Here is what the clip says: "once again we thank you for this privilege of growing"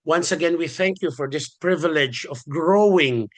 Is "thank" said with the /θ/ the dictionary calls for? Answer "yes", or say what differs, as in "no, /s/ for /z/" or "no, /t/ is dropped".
yes